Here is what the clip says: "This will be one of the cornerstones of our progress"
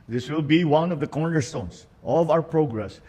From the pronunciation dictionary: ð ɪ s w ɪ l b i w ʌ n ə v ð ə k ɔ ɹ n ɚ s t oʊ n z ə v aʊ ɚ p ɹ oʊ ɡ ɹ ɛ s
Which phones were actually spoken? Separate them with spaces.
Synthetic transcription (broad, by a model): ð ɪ s w ɪ l b i w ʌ n ə v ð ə k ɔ ɹ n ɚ s t oʊ n s ə v aʊ ɚ p ɹ oʊ ɡ ɹ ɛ s